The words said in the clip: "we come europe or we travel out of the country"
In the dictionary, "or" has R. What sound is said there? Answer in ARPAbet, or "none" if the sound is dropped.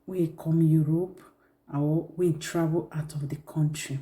W